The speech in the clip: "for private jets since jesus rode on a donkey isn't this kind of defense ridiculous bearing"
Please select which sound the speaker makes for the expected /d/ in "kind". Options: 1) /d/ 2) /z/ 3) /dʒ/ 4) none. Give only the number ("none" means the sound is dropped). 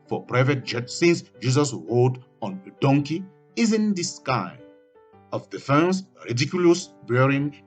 4